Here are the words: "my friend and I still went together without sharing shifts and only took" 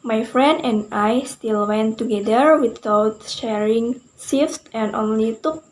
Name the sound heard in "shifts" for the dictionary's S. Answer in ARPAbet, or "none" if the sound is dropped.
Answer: none